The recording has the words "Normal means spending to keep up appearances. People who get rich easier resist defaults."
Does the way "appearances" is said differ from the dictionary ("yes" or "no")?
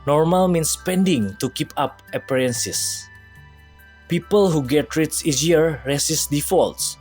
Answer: yes